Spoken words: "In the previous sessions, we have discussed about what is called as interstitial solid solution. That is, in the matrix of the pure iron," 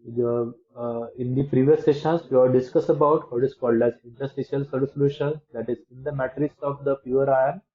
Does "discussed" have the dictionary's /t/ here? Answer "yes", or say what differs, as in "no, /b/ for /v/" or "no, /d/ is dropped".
no, /t/ is dropped